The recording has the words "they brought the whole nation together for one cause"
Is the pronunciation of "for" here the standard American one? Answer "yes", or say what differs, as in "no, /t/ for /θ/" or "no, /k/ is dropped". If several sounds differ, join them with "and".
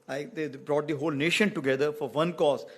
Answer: yes